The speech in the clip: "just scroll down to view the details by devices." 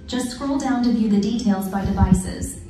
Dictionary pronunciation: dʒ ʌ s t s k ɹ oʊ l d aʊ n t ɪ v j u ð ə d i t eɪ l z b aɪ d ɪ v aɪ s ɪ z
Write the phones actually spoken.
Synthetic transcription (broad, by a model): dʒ ʌ s t s k ɹ oʊ l d aʊ n t ɪ v j u ð ə d i t eɪ l z b aɪ d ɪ v aɪ s ɪ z